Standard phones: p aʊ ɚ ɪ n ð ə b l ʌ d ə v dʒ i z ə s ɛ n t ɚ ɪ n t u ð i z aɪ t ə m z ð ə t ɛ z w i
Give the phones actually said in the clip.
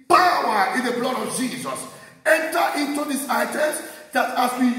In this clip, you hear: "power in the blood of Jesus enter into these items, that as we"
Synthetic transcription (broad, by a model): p aʊ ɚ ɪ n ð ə b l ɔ d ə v dʒ i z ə s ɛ n t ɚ ɪ n t u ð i s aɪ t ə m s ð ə t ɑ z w i